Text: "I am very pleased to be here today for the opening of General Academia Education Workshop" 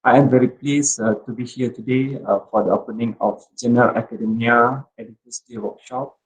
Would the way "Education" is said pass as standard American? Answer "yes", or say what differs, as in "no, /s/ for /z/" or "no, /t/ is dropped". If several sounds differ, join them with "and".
no, /s/ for /ʃ/